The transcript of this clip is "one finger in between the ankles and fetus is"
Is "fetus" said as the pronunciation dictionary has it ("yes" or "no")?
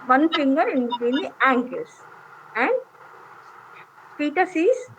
no